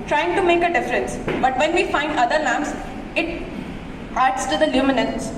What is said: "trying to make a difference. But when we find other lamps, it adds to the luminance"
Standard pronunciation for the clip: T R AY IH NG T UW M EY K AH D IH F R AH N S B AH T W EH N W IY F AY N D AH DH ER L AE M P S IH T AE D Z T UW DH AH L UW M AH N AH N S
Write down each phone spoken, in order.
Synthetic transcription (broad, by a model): T R AY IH NG T UW M EY K AH D IH F R AH N S B AH T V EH N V IY F AY N D AH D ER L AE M S IH T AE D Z T UW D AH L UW M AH N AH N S